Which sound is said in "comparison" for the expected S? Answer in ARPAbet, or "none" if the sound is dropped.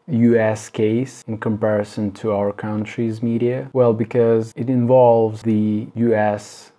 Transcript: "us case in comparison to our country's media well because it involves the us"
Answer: S